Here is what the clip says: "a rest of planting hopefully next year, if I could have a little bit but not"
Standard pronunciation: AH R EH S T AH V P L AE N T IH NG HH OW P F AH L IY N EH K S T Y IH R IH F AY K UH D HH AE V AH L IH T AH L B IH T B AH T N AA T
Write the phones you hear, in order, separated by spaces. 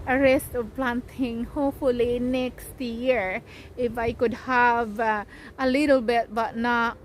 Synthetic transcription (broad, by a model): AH R EH S T AH V P L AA N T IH NG HH OW P F AH L IY N EH K S T Y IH R IH F AY K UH D HH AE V AH L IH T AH L B IH T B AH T N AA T